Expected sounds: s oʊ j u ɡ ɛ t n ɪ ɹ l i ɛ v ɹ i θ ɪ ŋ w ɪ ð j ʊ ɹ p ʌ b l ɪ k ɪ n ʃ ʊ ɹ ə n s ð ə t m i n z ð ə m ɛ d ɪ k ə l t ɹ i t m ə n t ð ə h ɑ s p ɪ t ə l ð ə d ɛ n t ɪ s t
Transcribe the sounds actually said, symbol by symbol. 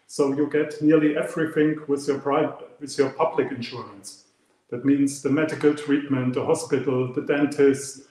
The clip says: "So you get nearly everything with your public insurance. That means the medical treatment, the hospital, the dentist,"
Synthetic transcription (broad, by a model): s oʊ j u ɡ ɛ t n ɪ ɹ l i ɛ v ɹ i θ ɪ ŋ w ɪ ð j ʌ ɹ p ʌ b l ɪ k ɪ n ʃ ʊ ɹ ə n s ð ə t m i n z ð ə m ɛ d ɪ k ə l t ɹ i t m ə n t ð ə h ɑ s p ɪ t l ð ə d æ n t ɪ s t